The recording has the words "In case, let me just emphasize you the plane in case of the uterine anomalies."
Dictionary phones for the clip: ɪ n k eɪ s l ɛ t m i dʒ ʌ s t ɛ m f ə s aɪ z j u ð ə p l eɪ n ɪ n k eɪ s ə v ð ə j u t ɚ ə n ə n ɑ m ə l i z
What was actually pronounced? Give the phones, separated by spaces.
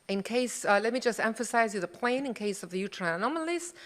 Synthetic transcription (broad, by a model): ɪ n k eɪ s l ɛ t m i dʒ ʌ s t ɛ m f ə s aɪ z j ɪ ð ə p l eɪ n ɪ n k eɪ s ə v ð ə j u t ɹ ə n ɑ m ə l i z